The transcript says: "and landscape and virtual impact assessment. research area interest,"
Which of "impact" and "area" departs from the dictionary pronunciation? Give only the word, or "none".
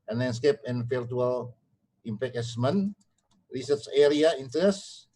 impact